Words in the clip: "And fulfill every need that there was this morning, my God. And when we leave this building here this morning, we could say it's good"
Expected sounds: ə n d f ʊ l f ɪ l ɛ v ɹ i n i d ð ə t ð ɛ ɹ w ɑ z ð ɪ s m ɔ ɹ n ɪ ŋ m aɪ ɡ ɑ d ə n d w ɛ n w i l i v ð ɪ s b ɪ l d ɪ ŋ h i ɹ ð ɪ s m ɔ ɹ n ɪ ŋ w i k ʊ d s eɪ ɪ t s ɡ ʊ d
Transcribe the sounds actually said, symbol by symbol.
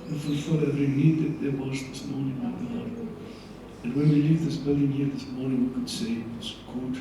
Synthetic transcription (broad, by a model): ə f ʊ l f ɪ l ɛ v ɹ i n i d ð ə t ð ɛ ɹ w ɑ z ð ɪ s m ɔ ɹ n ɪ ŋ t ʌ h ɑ ə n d w ɛ n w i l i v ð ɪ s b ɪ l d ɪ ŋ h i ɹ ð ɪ s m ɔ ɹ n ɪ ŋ w i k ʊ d s eɪ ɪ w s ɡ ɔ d